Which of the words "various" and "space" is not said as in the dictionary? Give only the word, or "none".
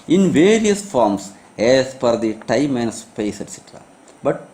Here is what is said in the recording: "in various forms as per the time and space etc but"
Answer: none